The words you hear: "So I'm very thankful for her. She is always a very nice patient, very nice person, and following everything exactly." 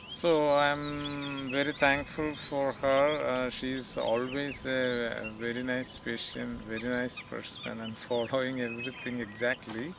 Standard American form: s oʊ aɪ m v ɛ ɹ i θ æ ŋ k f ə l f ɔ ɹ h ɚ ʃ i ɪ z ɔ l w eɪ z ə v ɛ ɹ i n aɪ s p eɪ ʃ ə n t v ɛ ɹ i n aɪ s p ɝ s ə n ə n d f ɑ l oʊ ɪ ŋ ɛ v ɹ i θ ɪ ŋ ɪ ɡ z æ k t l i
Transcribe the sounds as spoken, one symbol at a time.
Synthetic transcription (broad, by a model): s oʊ aɪ m v ɛ ɹ i t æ ŋ k f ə l f ɔ ɹ h ɚ ʃ i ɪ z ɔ l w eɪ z ə v ɛ ɹ i n aɪ s p eɪ ʃ ə n t v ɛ ɹ i n aɪ s p ɝ s ə n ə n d f ɑ l oʊ ɪ ŋ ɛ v ɹ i t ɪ ŋ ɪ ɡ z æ k t l i